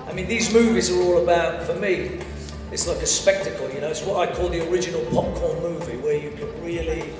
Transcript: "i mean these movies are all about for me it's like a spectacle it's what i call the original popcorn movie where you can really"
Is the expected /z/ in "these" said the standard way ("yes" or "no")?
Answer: yes